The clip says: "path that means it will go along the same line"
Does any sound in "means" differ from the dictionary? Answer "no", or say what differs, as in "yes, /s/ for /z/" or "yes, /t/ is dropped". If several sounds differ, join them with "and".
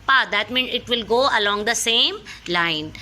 yes, /z/ is dropped